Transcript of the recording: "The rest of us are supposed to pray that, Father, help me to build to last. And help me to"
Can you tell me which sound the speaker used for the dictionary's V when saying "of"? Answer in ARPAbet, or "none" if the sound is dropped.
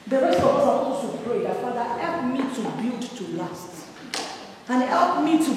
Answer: P